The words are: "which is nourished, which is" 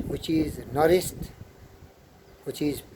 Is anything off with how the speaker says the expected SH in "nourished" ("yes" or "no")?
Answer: yes